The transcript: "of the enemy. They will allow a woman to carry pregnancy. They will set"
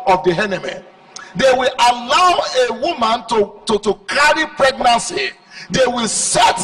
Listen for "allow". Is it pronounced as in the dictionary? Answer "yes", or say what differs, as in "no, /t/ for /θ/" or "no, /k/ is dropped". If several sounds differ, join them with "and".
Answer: yes